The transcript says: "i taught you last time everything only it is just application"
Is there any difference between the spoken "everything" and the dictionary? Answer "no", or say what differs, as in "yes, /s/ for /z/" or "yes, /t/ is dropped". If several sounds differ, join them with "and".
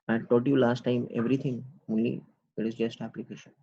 yes, /t/ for /θ/